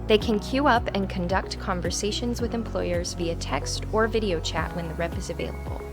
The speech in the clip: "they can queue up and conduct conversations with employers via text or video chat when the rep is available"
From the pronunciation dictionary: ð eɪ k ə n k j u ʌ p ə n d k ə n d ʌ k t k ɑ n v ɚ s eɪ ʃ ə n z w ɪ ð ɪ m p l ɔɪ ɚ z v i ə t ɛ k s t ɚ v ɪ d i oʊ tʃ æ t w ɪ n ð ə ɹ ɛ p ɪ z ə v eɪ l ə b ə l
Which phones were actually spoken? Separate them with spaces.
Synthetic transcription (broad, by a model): ð eɪ k ə n k j u ʌ p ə n k ə n d ʌ k t k ɑ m v ɚ s eɪ ʃ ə n z w ɪ ð ɪ m p l ɔɪ ɚ z v i ə t ɛ k s t ɚ v ɪ d i oʊ tʃ æ t w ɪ n ð ə ɹ ɛ p ɪ z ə v eɪ l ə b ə l